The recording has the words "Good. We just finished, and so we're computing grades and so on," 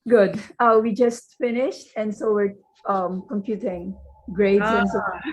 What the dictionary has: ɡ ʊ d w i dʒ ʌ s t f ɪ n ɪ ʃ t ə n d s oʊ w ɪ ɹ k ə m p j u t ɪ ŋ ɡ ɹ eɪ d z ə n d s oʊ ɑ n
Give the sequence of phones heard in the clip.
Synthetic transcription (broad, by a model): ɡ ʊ d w i dʒ ʌ s t f ɪ n ɪ ʃ t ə n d s oʊ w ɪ ɹ k ə m p j u t ɪ ŋ ɡ ɹ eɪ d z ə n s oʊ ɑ